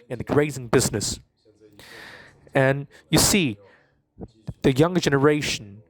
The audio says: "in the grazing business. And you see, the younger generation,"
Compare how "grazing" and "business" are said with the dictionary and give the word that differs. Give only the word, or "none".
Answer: none